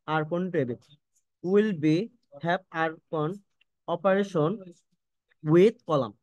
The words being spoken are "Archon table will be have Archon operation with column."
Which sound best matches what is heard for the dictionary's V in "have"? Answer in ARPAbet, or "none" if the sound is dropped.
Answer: P